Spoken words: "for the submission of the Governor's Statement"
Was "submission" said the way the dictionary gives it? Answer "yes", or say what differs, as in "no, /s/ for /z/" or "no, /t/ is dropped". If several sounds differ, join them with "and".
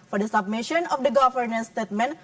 yes